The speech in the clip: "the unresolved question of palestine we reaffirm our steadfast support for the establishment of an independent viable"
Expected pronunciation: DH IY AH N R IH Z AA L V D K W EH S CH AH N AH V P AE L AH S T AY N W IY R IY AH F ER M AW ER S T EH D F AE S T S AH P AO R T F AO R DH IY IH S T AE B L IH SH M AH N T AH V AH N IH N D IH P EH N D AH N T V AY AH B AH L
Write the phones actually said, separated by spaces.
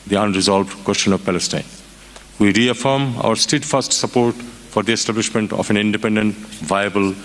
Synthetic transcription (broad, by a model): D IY AH N R IH Z AA L V D K W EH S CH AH N AH V P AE L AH S T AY N W IY R IY AH F ER M AW ER S T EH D F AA S T S AH P AO R T F AO R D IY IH S T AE B L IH SH M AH N T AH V AH N IH N D IH P EH N D AH N T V AY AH B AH L